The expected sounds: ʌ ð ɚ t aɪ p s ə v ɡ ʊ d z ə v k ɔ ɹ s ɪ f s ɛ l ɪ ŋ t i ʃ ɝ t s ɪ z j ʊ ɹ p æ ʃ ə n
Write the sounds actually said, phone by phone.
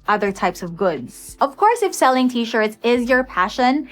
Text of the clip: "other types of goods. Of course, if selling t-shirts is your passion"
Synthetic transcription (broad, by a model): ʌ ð ɚ t aɪ p s ə v ɡ ʊ d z ə v k ɔ ɹ s ɪ f s ɛ l ɪ ŋ t i ʃ ɝ t s ɪ z j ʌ ɹ p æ ʃ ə n